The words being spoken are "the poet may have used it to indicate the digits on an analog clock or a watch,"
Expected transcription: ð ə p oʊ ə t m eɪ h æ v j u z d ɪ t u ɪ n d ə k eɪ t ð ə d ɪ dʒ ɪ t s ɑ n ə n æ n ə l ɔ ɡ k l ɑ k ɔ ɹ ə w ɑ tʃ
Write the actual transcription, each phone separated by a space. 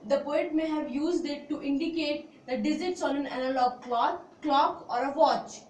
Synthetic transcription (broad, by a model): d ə p oʊ ə t m eɪ h æ v j u z d ɪ t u ɪ n d ə k eɪ t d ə d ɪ z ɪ t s ɑ n ə n æ n ə l ɔ ɡ k l ɑ k ɔ ɹ ə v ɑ tʃ